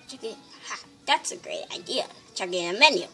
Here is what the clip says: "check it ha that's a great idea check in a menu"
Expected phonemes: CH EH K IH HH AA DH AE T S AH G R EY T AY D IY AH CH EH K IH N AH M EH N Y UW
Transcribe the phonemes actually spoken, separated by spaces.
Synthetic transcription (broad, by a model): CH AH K IH HH AA DH AE T S AH G R EY T AY D IY AH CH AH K IH N AH M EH N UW